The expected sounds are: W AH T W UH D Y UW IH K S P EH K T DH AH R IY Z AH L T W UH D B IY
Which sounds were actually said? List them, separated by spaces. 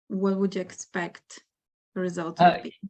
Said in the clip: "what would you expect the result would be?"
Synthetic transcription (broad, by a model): W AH T W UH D Y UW IH K S P EH K T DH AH R IY Z AH L T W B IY